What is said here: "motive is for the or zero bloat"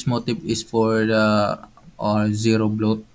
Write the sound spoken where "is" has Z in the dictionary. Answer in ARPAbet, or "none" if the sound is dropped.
S